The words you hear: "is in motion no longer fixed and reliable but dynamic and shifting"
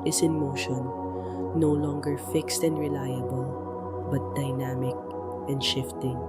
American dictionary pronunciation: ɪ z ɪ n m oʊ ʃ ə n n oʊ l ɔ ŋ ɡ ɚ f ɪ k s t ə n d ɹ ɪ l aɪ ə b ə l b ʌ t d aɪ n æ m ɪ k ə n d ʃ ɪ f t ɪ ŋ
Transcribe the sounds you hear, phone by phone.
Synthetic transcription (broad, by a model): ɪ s ɪ n m oʊ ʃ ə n n oʊ l ɔ ŋ ɡ ɚ f ɪ k s t ə n d ɹ ɪ l aɪ ə b ə l b ʌ t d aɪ n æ m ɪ k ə n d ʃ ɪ f t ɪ ŋ